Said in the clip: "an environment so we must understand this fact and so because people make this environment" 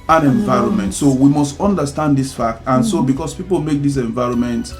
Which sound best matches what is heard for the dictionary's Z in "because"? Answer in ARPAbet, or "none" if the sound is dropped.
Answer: S